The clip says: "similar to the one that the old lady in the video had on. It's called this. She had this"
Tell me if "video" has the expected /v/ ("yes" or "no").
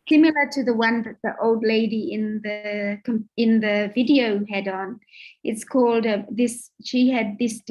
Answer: yes